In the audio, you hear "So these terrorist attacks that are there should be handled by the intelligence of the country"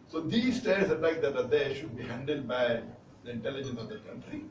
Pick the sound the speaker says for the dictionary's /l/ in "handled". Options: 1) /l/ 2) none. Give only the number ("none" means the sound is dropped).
1